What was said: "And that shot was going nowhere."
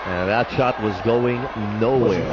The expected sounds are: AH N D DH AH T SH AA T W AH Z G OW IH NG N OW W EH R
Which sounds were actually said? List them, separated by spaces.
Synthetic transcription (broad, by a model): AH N DH AH T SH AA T W AH Z G OW IH NG N OW W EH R